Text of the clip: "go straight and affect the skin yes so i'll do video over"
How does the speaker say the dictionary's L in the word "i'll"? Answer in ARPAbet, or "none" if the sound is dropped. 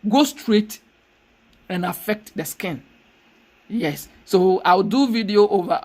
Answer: W